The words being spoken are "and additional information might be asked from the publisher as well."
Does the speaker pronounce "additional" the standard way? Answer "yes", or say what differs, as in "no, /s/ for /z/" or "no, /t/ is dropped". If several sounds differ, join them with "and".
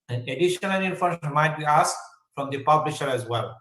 yes